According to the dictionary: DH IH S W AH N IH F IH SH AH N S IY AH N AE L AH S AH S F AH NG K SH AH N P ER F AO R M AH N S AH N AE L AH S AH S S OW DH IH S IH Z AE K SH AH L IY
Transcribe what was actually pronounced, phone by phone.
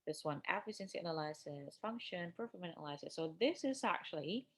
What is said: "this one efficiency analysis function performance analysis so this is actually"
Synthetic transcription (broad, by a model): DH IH S W AH N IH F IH S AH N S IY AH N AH L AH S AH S F AH NG K SH AH N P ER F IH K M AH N AH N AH L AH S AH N S OW DH IH S IH Z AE K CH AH L IY